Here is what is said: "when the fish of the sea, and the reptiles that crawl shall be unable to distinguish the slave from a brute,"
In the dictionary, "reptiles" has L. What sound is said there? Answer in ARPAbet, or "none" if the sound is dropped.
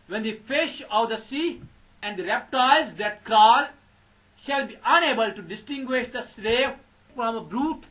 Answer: none